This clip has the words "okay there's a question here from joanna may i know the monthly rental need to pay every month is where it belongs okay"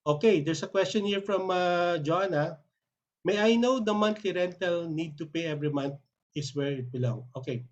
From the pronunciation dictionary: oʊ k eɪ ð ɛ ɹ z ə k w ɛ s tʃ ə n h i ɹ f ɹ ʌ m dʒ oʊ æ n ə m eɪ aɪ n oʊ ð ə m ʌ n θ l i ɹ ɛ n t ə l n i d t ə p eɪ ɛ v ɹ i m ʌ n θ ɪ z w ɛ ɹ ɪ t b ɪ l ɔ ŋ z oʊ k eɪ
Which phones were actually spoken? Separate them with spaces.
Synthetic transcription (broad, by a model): oʊ k eɪ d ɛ ɹ s ə k w ɛ s tʃ ə n h i ɹ f ɹ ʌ m dʒ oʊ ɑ n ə m eɪ aɪ n oʊ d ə m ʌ n t l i ɹ ɛ n t ə l n i d t ə p eɪ ɛ v ɹ i m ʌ n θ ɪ s w ɛ ɹ ɪ t b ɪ l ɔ ŋ oʊ k eɪ